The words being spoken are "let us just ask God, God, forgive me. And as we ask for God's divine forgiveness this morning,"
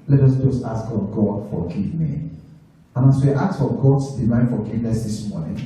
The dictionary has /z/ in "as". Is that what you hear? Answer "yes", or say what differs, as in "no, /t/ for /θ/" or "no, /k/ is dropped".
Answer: no, /s/ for /z/